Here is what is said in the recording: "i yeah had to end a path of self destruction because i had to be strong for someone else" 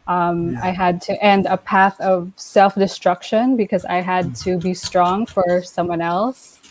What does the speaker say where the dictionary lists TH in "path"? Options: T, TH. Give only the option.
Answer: TH